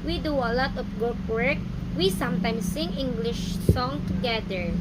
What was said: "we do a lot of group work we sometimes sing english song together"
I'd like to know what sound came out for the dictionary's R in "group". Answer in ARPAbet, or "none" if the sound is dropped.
none